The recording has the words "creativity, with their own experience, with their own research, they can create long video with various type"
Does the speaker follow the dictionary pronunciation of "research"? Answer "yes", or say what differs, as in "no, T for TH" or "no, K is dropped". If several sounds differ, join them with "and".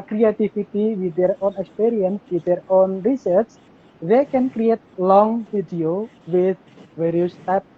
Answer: no, S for CH